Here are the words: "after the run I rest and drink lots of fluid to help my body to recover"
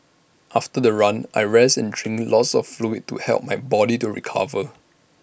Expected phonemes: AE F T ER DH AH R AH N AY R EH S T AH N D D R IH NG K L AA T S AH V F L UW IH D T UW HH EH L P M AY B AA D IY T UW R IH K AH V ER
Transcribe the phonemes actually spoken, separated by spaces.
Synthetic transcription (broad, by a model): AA F T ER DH AH R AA N AY R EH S AH N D D R IH NG K L AA T S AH F F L UW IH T T UW HH EH L P M AY B AA D IY T UW R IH K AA V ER